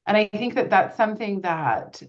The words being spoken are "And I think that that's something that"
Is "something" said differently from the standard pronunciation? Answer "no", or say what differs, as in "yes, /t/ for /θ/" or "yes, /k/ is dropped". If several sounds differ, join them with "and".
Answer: no